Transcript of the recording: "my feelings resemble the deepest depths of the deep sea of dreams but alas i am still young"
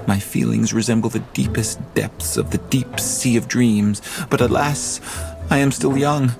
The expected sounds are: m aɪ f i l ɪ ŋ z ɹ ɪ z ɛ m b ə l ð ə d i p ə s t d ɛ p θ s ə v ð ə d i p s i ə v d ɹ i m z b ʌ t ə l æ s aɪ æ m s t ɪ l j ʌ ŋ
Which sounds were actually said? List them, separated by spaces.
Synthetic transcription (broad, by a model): m aɪ f i l ɪ ŋ z ɹ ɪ z ɛ m b l ð ə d i p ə s d ɛ p θ s ə v ð ə d i p s i ə v d ɹ i m z b ʌ t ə l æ s aɪ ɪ m s t ɪ l j ʌ ŋ